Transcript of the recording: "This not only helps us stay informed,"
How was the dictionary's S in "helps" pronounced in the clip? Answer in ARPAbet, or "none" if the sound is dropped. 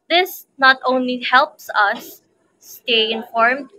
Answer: S